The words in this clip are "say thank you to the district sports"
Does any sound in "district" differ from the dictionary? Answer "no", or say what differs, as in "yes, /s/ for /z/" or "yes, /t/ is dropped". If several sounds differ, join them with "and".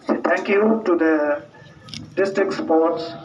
no